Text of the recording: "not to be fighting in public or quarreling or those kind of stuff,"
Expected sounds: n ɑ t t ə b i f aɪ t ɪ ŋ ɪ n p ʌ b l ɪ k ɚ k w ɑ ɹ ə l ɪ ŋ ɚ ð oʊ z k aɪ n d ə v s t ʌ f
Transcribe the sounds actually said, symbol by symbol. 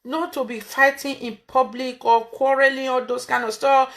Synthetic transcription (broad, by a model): n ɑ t t ə b i f aɪ t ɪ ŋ ɪ n p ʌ b l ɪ k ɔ k w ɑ ɹ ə l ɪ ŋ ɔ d oʊ s k aɪ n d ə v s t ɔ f